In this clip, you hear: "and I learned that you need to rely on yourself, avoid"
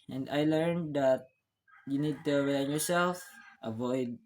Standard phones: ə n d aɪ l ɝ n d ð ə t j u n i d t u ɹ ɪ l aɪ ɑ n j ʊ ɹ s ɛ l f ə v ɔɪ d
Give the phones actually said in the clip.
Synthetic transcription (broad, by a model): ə n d aɪ l ɝ n d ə t j u n i d t u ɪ w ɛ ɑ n j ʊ ɹ s ɛ l f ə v ɔɪ d